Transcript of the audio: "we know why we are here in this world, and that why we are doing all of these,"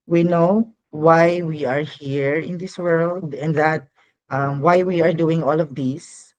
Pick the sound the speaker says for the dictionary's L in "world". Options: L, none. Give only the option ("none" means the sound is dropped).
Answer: L